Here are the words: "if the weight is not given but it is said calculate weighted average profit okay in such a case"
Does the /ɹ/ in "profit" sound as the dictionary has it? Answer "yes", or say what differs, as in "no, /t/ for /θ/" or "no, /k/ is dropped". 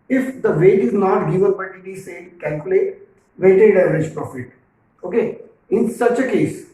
yes